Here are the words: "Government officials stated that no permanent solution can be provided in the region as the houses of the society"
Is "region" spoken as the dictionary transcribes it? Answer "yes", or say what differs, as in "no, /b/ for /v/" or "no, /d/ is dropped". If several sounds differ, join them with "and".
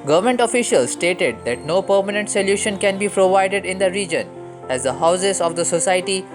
yes